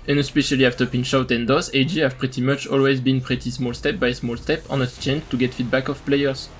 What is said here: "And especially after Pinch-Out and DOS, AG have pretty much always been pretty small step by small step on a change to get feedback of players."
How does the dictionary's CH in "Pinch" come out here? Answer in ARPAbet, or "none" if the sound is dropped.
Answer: SH